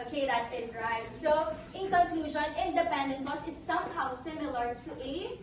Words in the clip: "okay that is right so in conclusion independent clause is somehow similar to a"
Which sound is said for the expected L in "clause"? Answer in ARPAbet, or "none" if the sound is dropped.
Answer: none